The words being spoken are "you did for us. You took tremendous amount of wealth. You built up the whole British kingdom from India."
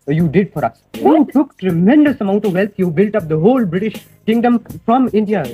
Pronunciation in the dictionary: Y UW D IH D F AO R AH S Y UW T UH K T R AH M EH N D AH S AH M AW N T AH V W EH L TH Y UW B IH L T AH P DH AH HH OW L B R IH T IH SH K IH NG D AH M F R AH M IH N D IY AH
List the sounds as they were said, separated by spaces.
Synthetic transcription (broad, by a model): Y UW D IH D F AO R AH S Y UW T UH K T R AH M EH N D AH S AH M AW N T AH V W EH L T Y UW B IH L T AH P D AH HH OW L B R IH T IH SH K IH NG D AH M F R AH M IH N D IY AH